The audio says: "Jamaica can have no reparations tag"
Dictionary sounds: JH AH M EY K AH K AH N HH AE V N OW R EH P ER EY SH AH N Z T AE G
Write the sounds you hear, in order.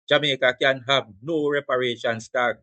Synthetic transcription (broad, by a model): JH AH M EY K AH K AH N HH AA B N OW R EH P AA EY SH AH N S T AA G